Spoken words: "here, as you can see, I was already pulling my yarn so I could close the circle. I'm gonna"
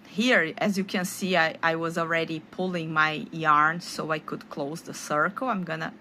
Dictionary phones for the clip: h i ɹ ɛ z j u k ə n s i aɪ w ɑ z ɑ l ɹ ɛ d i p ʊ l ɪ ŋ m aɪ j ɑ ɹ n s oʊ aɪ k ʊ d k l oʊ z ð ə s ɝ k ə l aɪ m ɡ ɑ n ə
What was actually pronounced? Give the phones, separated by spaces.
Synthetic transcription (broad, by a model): h i ɹ ɛ z j u k ə n s i aɪ w ɑ z ɑ l ɹ ɛ d i p ʊ l ɪ ŋ m aɪ j ɑ ɹ n s oʊ aɪ k ʊ d k l oʊ z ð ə s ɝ k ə l aɪ m ɡ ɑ n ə